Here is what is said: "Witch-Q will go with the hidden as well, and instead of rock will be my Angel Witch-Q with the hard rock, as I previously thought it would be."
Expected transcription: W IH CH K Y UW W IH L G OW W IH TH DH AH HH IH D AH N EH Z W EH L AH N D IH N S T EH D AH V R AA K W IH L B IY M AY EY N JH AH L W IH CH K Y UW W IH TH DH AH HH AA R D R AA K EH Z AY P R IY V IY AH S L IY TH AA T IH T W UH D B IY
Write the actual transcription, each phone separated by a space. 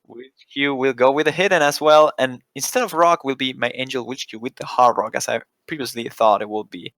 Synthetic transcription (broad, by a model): W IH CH K Y UW W IH L G OW W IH DH AH HH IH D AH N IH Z W EH L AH N IH N S T EH D AH V R AA K W IH L B IY M AY EY N JH AH L W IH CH K Y UW W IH DH AH HH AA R R AA K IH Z AY P R IY V IY AH S L IY TH AA T IH T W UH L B IY